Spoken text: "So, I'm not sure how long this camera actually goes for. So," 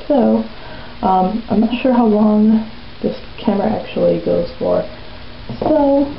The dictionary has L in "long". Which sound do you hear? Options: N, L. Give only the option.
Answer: L